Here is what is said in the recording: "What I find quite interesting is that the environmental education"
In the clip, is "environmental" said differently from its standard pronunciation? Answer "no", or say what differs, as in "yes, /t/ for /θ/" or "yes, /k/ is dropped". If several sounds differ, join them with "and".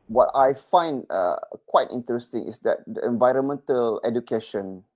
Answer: no